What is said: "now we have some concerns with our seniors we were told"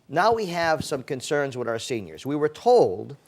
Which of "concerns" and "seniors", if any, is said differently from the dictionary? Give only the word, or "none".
none